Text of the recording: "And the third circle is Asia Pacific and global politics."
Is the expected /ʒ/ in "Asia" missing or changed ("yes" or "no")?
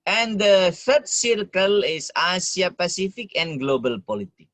yes